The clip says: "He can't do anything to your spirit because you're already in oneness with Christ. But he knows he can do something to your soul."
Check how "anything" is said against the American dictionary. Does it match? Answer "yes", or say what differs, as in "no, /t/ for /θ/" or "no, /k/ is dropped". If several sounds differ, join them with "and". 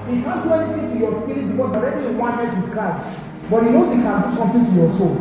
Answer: no, /t/ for /θ/